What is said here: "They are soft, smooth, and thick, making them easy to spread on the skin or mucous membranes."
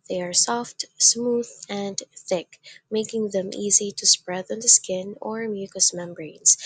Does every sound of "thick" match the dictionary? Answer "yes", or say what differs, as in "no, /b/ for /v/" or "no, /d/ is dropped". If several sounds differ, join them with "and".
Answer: yes